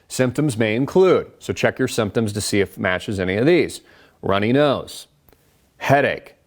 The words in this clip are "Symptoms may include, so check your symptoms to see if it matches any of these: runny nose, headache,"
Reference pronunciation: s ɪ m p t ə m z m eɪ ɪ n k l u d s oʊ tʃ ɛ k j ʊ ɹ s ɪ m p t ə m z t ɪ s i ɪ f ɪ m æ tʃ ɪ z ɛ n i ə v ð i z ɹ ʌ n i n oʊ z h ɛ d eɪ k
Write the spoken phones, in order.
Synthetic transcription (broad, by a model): s ɪ m p t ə m z m eɪ ɪ n k l u d s oʊ tʃ ɛ k j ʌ ɹ s ɪ m p t ə m z t ɪ s i ɪ f m æ tʃ ɪ z ɛ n i ə v ð i z ɹ ʌ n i n oʊ z h ɛ d eɪ k